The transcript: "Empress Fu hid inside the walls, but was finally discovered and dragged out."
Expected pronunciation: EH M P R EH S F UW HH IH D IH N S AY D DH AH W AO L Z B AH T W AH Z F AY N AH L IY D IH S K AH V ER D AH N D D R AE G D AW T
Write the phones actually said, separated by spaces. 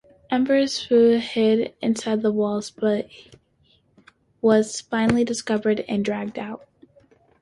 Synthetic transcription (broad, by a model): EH M B R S F UW HH IH D IH N S AY D DH AH W AO L Z B AH T W AH Z F AY N L IY D IH S K AH V ER D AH N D D R AE G D AW T